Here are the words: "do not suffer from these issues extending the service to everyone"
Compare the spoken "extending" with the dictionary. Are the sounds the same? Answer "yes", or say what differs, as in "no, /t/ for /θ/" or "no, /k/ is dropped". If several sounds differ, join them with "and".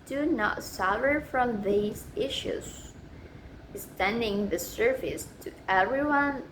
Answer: no, /k/ is dropped